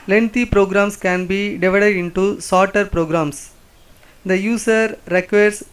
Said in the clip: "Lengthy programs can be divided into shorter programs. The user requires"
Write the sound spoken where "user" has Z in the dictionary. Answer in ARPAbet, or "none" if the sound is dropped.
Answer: S